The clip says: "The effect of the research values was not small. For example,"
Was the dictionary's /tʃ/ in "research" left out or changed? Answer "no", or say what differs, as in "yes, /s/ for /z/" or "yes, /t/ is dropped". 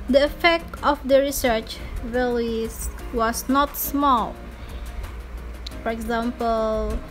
no